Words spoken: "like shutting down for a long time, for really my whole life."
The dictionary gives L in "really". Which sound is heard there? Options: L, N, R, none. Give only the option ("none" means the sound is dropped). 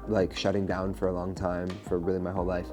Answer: L